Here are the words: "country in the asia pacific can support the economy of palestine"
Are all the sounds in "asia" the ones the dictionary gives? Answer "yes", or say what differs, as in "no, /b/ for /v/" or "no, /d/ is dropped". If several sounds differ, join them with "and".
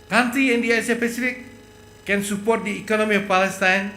no, /s/ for /ʒ/